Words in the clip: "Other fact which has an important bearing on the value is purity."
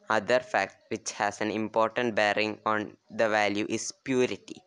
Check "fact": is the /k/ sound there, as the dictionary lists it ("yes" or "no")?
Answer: yes